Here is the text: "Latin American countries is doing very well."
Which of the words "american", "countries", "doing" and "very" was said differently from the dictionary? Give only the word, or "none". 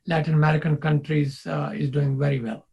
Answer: none